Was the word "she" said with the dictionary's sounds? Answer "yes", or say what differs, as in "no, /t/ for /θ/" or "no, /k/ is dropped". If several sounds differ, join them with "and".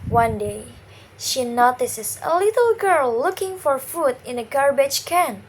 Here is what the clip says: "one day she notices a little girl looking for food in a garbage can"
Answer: yes